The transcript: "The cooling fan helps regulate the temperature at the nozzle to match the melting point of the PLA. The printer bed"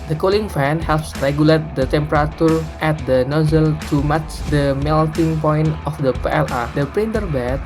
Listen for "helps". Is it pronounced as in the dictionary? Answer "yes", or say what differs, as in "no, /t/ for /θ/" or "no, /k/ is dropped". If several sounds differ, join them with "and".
yes